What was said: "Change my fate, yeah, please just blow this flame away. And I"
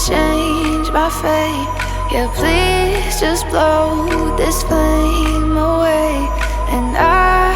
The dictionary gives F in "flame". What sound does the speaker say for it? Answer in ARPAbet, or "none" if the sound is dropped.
P